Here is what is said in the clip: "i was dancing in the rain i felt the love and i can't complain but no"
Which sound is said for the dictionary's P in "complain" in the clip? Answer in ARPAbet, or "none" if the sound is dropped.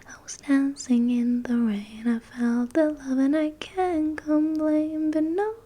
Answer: B